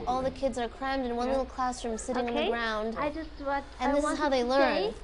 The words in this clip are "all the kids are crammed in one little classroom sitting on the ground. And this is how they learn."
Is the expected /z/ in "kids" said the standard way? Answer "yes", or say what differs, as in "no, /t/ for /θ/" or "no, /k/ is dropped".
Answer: yes